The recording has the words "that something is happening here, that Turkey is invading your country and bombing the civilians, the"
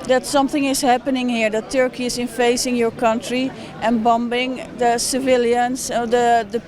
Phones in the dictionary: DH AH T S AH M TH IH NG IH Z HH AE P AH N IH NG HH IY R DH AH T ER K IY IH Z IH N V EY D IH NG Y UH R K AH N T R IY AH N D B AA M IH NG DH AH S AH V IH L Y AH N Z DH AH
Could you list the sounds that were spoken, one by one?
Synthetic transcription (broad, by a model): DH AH T S AH M TH IH NG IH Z HH AE P AH N IH NG HH IY R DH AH T ER K IY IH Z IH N F EY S IH NG Y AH R K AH N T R IY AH N B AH M IH NG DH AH S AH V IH L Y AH N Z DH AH